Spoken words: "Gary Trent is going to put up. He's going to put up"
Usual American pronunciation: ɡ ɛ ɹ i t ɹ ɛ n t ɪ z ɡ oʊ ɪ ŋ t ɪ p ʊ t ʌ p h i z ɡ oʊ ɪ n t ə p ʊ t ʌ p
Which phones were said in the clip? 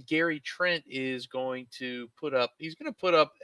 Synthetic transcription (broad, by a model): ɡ ɛ ɹ i t ɹ ɛ n t ɪ z ɡ oʊ ɪ ŋ t ɪ p ʊ t ʌ p h i z ɡ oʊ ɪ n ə p ʊ t ʌ p